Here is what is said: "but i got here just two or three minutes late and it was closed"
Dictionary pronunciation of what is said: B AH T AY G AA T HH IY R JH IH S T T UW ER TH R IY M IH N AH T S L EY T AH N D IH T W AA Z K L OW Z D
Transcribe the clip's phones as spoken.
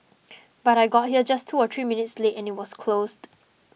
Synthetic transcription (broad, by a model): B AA T AY G AA T HH IY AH JH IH S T T UW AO T R IY M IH N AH T S L EY T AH N IH T W AA S K L OW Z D